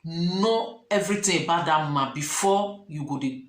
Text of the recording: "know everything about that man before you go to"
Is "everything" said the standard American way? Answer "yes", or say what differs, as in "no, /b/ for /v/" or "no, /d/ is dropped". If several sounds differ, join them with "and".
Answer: no, /t/ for /θ/